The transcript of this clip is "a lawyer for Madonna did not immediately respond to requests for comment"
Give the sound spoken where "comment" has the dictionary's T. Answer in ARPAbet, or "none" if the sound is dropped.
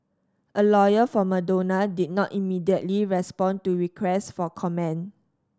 none